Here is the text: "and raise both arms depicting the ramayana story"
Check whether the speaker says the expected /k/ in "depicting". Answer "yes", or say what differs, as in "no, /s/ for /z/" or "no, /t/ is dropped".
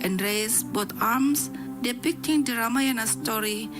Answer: yes